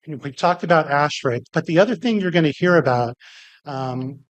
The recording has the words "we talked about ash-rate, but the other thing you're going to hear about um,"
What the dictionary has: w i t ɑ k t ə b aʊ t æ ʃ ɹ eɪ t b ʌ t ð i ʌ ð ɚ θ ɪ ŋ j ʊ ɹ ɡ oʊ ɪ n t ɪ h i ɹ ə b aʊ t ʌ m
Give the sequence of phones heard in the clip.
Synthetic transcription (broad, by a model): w i t ɑ k t ə b aʊ t æ ʃ ɹ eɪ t b ʌ t ð i ʌ ð ɚ θ ɪ ŋ j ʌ ɹ ɡ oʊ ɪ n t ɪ h i ɹ ə b aʊ t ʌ m